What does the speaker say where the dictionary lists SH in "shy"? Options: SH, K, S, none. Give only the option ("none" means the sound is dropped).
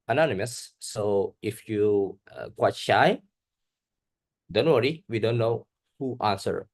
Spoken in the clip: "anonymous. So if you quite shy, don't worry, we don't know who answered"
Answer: SH